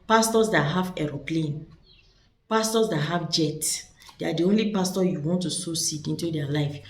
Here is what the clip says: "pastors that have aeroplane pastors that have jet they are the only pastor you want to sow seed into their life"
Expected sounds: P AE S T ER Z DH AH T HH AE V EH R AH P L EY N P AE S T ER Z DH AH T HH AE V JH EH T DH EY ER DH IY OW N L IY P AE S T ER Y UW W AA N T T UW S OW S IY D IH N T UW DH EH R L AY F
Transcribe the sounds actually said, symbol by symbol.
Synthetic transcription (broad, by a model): P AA S T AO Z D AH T HH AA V EH R AH P L EY N P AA S T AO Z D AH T HH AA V JH EH T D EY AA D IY OW N L IY P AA S T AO Y UW W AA N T T UW S OW S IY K IH N T UW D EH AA L AY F